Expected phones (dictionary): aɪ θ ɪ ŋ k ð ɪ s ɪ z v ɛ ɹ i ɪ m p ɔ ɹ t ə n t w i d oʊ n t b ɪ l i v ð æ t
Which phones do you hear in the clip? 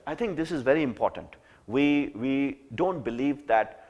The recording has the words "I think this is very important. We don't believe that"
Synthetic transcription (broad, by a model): aɪ t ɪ ŋ k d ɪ s ɪ z v ɛ ɹ i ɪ m p ɔ ɹ t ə n t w i d oʊ n t b ɪ l i v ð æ t